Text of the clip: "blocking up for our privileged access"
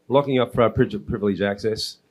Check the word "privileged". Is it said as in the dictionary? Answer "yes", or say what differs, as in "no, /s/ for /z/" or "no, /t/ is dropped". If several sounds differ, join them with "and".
no, /d/ is dropped